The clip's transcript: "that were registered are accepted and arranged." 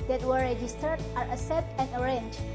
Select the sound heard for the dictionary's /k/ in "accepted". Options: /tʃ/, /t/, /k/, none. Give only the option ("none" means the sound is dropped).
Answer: none